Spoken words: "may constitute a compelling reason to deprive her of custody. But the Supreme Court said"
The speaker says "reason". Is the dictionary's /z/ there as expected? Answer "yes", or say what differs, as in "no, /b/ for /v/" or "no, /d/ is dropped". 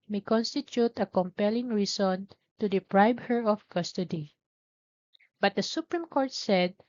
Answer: no, /s/ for /z/